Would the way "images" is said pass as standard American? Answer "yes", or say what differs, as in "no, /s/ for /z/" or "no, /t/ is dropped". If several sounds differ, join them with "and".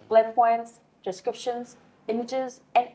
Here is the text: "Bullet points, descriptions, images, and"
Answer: yes